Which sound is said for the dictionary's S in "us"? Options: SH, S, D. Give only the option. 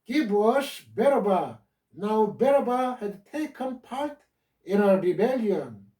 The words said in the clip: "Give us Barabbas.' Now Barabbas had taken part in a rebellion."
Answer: SH